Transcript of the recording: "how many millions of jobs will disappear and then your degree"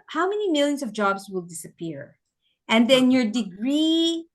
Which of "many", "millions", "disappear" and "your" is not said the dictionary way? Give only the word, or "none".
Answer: millions